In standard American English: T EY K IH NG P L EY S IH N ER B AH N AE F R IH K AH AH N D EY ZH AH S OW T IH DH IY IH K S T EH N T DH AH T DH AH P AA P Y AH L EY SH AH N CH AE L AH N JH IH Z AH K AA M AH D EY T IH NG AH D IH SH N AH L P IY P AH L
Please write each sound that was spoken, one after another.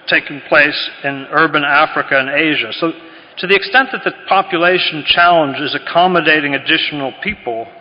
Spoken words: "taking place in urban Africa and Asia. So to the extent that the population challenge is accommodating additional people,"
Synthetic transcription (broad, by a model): T EY K IH NG P L EY S IH N ER B AH N AE F R IH K AH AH N EY ZH AH S OW T IH DH IY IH K S T EH N DH AH T DH AH P AA P Y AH L EY SH N CH AE L AH N JH IH Z AH K AA M AH D EY T IH NG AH D IH SH N L P IY P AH L